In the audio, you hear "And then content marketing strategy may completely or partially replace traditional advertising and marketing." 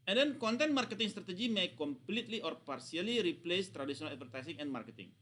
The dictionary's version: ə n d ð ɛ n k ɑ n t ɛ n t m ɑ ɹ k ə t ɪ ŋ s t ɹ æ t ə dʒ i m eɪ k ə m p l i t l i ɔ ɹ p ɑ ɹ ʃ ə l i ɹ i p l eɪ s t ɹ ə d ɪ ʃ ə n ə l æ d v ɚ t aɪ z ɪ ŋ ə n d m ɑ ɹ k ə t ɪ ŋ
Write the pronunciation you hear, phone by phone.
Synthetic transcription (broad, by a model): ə n d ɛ n k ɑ n t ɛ n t m ɑ ɹ k ə t ɪ ŋ s t ɹ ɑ t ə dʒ i m eɪ k ə m p l i t l i ɔ ɹ p ɑ ɹ s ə l i ɹ i p l eɪ s t ɹ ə d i s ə n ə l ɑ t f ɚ t aɪ s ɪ ŋ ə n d m ɑ ɹ k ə t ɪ ŋ